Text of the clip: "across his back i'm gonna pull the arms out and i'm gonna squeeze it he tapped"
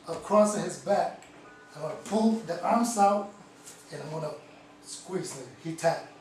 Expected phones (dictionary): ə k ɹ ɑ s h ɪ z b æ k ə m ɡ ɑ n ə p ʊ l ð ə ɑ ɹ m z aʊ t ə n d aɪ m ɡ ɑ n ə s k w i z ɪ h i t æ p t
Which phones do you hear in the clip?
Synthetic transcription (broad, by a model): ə k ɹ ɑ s h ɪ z b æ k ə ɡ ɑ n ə p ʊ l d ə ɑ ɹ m s aʊ t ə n aɪ m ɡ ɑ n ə s k w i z ɪ h i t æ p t